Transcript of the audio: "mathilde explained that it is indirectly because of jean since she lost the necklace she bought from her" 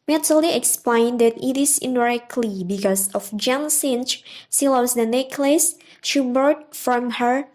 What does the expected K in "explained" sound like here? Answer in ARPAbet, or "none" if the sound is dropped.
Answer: K